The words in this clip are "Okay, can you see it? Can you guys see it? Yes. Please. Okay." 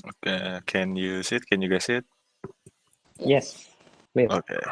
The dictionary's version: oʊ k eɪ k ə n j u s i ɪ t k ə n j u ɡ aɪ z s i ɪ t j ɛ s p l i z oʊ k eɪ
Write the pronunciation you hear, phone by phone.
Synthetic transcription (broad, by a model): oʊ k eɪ k ə n j u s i ɪ t k ə n j u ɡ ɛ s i ɪ t j ɛ s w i oʊ k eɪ